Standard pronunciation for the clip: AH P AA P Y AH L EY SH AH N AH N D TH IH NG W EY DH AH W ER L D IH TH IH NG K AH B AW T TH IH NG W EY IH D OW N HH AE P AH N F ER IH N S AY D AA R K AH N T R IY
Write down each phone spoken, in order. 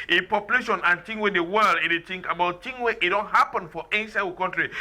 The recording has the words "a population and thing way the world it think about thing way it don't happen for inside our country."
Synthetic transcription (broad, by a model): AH P AA P Y AH L EY SH AH N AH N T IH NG W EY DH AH W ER L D IH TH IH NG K AH B AW T T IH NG W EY IH D OW N HH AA P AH N F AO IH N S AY AA K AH N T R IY